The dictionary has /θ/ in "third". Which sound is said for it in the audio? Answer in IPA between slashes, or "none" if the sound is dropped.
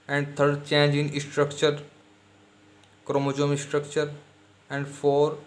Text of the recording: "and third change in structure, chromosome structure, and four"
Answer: /t/